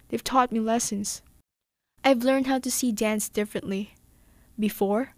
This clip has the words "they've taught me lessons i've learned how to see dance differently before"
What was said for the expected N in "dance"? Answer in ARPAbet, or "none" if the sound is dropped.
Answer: N